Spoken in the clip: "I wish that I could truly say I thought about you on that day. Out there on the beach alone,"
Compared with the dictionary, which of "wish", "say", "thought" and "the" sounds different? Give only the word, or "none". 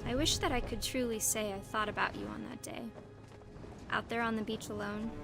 none